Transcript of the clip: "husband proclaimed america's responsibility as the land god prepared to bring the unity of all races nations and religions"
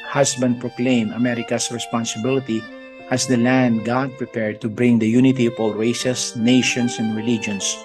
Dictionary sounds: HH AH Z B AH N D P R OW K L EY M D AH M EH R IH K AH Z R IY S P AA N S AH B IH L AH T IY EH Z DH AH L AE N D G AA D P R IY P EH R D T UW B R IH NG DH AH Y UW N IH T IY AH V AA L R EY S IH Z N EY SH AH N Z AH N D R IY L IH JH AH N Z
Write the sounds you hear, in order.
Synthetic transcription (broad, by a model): HH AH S B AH N D P R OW K L EY M AH M EH R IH K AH S R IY S P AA N S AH B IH L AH T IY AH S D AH L AE N D G AA D P R IY P EH R D T UW B R IH NG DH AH Y UW N IH T IY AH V AA L R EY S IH S N EY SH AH N S AH N D R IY L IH JH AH N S